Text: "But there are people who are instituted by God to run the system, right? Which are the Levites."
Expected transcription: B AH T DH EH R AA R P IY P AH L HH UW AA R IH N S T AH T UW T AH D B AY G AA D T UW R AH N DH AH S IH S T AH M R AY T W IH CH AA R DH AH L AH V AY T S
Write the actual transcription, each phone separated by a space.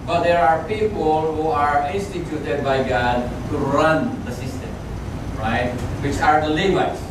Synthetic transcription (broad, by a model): B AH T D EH R AA R P IY P AH L HH UW AA R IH N S T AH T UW T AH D B AY G AA D T UW R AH N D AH S IH S T AH M R AY T W IH CH AA R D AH L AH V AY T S